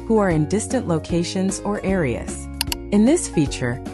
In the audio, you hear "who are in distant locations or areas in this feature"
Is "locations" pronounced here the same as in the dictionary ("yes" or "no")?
yes